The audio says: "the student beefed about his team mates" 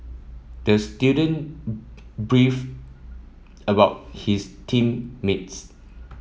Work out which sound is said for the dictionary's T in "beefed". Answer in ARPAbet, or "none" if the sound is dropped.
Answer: none